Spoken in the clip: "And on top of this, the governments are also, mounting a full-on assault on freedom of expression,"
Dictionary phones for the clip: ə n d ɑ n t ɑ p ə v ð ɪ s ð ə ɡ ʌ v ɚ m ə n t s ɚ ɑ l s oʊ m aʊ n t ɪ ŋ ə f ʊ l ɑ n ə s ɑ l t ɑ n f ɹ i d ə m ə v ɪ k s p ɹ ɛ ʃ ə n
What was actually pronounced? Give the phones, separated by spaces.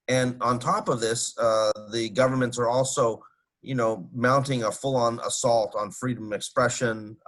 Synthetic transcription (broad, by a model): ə n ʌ n t ɑ p ə v ð ɪ s ð ə ɡ ʌ v ɚ m ə n t s ɚ ɑ l s oʊ m aʊ n t ɪ ŋ ə f ʊ l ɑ n ə s ɑ l t n f ɹ i d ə m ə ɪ k s p ɹ ɛ ʃ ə n